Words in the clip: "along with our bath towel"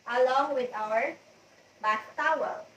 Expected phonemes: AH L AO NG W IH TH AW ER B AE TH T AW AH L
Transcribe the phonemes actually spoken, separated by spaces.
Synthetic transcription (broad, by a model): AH L AO NG W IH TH AW ER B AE S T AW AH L